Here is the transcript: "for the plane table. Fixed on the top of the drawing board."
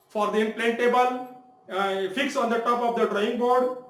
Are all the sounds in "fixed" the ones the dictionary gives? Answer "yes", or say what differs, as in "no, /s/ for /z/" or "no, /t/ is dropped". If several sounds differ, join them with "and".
no, /t/ is dropped